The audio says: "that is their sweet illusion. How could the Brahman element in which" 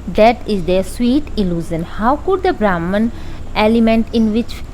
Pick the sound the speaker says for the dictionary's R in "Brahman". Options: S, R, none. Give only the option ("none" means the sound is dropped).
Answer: R